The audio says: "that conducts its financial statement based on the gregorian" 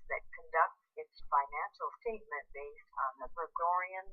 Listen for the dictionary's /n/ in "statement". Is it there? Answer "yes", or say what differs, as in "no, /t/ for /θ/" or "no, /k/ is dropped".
no, /n/ is dropped